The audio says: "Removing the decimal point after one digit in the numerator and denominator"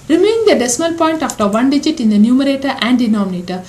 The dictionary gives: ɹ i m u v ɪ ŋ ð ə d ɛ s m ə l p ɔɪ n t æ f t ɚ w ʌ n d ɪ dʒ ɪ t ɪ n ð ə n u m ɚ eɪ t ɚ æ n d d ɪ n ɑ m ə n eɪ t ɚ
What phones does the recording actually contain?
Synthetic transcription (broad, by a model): ɹ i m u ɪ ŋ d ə d ɛ s m ə l p ɔɪ n t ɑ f t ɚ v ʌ n d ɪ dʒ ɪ t ɪ n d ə n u m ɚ eɪ t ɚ æ n d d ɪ n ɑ m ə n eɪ t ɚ